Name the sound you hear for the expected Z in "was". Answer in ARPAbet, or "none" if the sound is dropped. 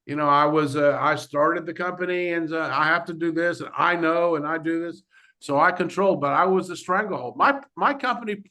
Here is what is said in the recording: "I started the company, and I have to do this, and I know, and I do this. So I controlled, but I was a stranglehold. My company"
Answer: Z